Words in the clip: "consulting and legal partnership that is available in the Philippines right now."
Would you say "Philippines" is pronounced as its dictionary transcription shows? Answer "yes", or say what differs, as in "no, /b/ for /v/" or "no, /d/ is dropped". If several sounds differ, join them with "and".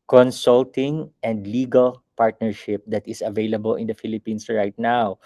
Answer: no, /s/ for /z/